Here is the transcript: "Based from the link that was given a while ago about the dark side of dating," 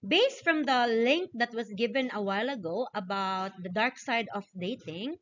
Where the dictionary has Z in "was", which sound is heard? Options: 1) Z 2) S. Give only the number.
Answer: 2